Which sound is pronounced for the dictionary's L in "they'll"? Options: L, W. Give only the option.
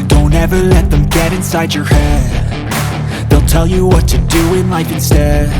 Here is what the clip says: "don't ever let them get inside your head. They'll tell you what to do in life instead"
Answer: L